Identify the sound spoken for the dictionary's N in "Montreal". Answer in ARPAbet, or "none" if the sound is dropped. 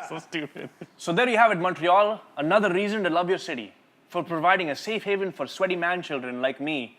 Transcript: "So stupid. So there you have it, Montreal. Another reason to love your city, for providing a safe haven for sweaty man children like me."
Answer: N